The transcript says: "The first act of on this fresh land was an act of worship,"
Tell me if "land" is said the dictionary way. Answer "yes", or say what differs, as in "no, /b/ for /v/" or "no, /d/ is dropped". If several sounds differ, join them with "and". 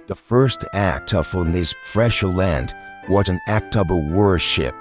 yes